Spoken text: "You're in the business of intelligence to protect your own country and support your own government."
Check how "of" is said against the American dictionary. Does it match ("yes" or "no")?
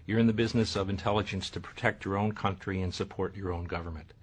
yes